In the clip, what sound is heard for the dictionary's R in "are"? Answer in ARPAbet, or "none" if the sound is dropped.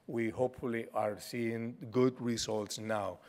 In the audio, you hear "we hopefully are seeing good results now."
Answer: R